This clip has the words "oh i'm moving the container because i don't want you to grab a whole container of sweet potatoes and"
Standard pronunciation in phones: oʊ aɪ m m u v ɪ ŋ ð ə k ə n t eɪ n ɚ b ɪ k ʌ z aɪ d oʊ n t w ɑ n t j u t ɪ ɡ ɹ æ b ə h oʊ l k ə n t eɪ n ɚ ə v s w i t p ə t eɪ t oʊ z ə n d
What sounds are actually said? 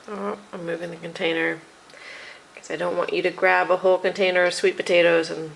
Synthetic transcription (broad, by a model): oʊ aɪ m m u v ɪ ŋ ð ə k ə n t eɪ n ɚ k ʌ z aɪ d oʊ n t w ɑ n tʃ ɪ t ɪ ɡ ɹ æ b ə h oʊ l k ə n t eɪ n ɚ ə v s w i t p ə t eɪ t oʊ z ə n